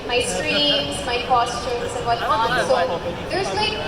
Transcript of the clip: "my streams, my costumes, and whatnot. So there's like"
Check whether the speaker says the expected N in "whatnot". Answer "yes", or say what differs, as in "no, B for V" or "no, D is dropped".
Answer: no, N is dropped